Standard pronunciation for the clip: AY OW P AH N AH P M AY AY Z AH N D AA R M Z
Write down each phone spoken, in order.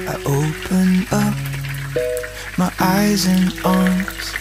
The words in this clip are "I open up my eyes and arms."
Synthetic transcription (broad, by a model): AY OW P AH N AH P M AY AY Z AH N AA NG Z